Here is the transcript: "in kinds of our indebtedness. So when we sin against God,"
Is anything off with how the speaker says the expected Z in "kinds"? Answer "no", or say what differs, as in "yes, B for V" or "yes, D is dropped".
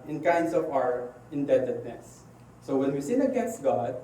yes, S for Z